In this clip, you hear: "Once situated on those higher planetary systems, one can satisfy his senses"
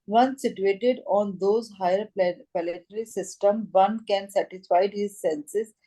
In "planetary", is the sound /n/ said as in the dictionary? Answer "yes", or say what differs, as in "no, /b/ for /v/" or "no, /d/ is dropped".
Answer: no, /l/ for /n/